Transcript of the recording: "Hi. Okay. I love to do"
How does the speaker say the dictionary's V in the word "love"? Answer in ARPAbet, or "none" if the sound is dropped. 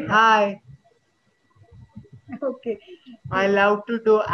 W